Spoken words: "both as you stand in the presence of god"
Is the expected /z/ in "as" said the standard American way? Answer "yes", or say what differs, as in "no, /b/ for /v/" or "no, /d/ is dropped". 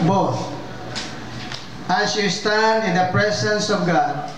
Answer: no, /s/ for /z/